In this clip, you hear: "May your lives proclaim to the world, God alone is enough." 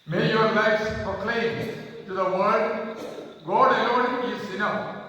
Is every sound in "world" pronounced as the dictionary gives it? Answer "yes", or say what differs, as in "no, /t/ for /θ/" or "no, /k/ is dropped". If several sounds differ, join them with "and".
no, /l/ is dropped